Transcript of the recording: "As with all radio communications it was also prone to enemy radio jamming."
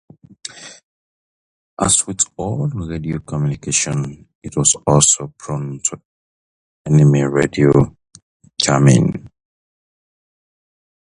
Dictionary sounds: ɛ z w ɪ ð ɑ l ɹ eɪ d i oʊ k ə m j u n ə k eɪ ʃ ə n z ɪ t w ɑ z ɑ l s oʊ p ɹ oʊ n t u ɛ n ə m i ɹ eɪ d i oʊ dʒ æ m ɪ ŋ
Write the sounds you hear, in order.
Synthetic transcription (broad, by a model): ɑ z w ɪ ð ɑ l ɹ eɪ d i oʊ k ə m j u n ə k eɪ ʃ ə n ɪ t w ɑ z ɑ l s oʊ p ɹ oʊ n t u ɛ n ə m i ɹ eɪ d i oʊ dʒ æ m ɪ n